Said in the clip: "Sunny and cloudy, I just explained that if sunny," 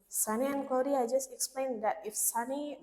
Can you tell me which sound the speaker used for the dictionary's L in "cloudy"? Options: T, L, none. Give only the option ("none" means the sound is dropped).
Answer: none